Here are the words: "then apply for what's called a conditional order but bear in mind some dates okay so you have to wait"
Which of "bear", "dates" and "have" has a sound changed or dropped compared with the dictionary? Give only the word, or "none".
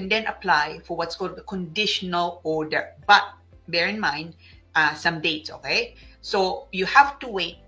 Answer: have